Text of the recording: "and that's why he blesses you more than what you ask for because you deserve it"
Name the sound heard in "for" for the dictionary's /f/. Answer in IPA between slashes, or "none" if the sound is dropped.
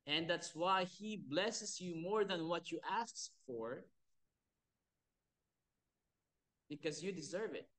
/f/